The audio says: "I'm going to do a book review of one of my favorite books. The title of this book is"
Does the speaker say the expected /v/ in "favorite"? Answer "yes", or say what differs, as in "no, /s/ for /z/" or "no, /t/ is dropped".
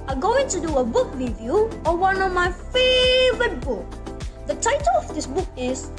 yes